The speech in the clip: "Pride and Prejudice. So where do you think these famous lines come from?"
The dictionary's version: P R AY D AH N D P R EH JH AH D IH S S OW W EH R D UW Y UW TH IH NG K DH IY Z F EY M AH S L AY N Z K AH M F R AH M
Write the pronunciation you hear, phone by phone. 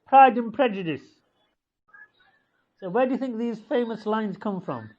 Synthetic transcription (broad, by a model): P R AY D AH N P R EH JH AH D IH S S OW W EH D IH Y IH TH IH NG K DH IY Z F EY M AH S L AY N Z K AH M F R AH M